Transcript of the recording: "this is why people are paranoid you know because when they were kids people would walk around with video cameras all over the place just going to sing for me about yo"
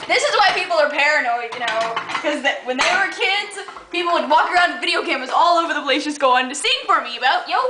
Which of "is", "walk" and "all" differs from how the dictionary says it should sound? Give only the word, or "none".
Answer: none